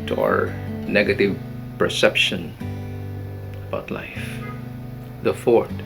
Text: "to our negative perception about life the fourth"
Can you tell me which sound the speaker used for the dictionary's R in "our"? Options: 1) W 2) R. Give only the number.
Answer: 2